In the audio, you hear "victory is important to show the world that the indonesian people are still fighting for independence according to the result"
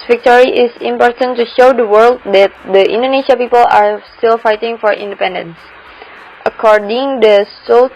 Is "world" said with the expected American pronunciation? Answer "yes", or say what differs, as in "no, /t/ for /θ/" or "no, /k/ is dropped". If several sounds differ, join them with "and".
yes